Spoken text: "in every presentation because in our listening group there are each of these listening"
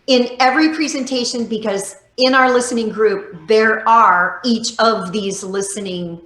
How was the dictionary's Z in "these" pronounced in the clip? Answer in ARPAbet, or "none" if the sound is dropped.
Z